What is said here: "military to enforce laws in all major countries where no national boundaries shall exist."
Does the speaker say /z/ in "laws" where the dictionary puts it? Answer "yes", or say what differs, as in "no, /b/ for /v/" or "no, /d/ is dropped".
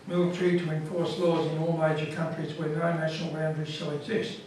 yes